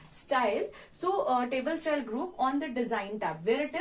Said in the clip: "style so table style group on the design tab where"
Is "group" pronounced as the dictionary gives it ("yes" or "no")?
yes